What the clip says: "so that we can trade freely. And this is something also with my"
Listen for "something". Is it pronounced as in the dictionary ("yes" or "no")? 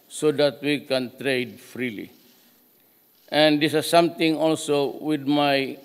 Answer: no